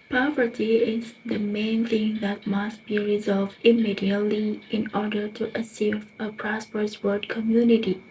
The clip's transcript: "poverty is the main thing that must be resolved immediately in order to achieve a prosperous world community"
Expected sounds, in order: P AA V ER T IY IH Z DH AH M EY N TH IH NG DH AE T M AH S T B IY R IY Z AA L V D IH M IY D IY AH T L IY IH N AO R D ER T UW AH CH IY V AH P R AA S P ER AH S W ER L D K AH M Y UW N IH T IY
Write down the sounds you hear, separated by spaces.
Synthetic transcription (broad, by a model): P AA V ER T IY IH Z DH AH M EY N TH IH NG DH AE T M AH S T B IY R IY Z AA L V D IH M IY D IY AH T L IY IH N AO R D ER T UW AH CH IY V AH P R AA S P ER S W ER D K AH M Y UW N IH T IY